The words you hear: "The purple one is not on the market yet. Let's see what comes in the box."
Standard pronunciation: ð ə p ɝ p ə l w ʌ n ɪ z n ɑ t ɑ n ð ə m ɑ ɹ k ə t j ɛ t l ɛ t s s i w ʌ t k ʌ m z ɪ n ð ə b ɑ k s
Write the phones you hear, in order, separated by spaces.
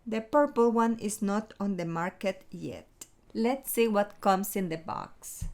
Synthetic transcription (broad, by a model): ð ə p ɝ p ə l w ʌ n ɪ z n ɑ t ɑ n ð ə m ɑ ɹ k ə t j ɛ t l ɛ t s s i w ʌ t k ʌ m s ɪ n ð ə b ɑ k s